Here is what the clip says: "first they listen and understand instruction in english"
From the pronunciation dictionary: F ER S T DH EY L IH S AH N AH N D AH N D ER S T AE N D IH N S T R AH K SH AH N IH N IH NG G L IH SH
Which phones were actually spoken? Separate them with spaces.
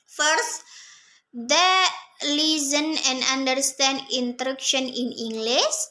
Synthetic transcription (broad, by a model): F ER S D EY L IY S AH N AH N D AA N D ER S T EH N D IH N T R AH K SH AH N IH N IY NG G L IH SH